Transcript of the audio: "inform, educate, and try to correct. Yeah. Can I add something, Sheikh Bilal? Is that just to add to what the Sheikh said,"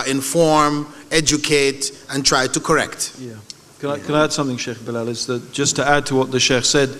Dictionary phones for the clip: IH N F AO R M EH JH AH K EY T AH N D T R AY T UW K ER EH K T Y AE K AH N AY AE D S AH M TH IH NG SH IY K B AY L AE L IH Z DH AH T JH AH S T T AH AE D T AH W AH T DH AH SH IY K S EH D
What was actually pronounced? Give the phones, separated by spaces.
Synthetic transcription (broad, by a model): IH N F AO R M EH JH AH K EY T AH N T R AY T UW K ER EH K T Y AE K AH N AY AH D S AH M TH IH NG SH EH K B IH L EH L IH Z DH AH T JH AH S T T AH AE D T AH W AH T DH AH SH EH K S EH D